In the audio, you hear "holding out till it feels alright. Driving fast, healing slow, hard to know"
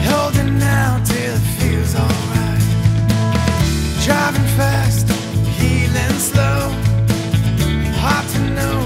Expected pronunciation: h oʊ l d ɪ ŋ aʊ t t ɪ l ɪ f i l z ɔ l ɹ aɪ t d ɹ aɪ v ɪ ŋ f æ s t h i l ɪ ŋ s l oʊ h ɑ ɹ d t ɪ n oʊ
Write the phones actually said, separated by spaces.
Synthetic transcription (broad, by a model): h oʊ l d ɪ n aʊ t t ɪ l ɪ f i l z ɔ l ɹ aɪ t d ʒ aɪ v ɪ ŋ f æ s t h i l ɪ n s l oʊ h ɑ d t ɪ n oʊ